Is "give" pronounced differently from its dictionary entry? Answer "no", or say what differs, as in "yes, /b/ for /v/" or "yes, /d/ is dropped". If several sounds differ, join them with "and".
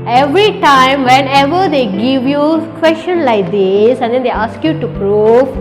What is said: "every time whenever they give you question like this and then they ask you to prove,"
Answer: no